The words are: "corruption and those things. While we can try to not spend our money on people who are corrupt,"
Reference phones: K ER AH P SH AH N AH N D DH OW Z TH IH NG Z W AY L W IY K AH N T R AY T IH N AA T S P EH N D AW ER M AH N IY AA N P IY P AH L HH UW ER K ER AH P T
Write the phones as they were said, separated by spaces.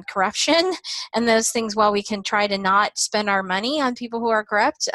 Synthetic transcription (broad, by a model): K ER AH P SH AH N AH N DH OW Z TH IH NG Z W AY L W IY K AH N T R AY T IH N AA T S P EH N D AW ER M AH N IY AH N P IY P L HH UW ER K ER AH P T